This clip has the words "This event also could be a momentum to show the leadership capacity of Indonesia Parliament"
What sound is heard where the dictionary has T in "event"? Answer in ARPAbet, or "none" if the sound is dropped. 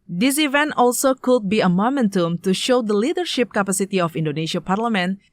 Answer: T